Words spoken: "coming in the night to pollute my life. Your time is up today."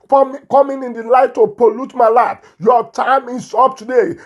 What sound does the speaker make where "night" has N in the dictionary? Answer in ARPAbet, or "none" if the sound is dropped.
L